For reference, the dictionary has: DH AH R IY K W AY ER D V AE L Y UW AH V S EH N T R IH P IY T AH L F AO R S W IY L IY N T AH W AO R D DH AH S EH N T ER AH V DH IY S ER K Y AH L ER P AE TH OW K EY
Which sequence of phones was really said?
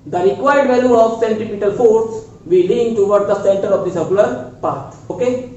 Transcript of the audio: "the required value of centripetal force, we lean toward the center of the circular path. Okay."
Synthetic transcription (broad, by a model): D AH R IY K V AY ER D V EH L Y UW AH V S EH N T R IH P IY T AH L F AO R S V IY L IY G T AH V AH R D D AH S EH N T ER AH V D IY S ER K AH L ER P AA T OW K EY